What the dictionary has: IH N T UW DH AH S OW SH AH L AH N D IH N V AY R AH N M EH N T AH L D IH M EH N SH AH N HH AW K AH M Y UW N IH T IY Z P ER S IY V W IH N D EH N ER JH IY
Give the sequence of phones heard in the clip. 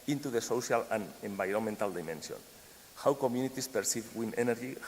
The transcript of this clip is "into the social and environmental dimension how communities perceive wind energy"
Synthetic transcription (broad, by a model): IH N T UW DH AH S OW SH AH L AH N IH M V AY R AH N M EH N T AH L D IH M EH N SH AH N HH AW K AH M Y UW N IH T IY S P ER S IY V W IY N EH N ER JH IY